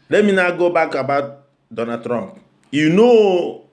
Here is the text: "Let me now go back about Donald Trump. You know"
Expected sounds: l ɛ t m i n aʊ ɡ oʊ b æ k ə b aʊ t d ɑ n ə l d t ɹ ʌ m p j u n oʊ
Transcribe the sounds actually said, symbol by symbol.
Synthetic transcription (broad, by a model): l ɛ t m i n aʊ ɡ oʊ b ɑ k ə b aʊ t d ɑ n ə d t ɹ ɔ m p j u n oʊ